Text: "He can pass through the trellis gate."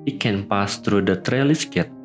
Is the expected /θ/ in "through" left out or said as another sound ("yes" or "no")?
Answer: yes